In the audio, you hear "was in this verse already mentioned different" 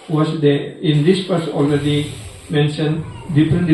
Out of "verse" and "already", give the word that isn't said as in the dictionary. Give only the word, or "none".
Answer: verse